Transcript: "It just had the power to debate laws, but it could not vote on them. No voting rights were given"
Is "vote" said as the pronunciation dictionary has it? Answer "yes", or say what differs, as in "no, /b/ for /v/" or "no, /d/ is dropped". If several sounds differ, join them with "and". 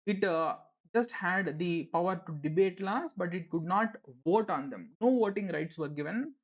yes